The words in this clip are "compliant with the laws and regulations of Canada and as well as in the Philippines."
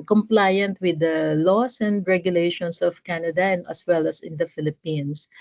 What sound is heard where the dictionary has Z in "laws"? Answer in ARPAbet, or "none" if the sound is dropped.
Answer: S